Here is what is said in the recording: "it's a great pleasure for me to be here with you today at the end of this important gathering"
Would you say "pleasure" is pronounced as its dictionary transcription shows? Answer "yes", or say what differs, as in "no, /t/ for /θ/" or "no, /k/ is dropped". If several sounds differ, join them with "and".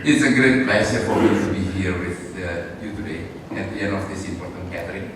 no, /s/ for /ʒ/